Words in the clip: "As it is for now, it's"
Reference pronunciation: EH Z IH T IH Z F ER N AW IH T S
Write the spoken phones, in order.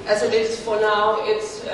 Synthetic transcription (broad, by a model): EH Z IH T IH S F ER N AW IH T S